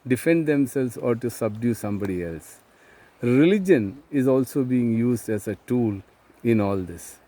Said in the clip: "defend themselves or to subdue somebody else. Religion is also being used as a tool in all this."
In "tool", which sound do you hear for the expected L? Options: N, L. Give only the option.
L